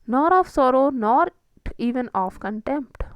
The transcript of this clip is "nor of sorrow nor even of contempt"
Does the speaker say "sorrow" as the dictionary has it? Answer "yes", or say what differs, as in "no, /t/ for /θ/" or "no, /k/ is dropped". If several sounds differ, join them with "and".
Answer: yes